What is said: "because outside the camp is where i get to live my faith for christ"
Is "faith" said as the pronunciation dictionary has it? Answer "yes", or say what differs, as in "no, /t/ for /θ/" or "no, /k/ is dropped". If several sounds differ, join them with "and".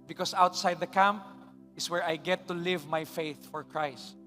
yes